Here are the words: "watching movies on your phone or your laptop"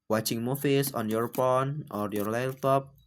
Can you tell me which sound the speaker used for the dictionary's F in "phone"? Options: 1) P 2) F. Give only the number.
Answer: 1